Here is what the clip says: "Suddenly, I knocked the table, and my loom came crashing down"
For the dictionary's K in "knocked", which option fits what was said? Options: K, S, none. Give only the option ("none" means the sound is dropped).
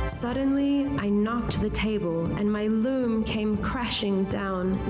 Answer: K